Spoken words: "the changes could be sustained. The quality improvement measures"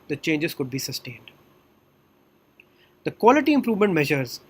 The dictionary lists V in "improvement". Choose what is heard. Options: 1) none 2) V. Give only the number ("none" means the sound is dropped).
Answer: 2